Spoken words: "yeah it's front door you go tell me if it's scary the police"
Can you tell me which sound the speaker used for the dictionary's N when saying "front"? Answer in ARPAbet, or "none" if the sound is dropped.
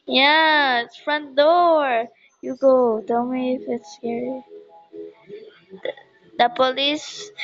N